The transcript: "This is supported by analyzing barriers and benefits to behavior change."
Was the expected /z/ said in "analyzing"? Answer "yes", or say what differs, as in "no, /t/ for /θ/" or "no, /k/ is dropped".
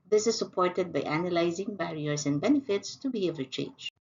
yes